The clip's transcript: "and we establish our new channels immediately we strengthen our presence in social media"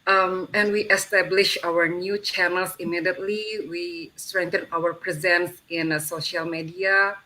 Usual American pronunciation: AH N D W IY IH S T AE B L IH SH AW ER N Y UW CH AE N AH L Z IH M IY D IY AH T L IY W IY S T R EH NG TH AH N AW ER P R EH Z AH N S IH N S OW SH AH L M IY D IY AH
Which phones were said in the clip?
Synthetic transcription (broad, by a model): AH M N W IY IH S T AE B L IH SH AW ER N Y UW CH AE N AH L S IH M IY D IY AH T L IY W IY S T R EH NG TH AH N AW ER P R EH Z AH N S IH N S OW SH AH L M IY D IY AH